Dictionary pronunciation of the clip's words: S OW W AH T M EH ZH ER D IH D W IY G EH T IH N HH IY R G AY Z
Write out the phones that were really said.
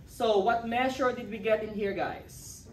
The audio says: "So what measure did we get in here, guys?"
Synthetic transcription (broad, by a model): S OW W AH T M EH SH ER D IH D W IY G EH T IH N HH IY R G AY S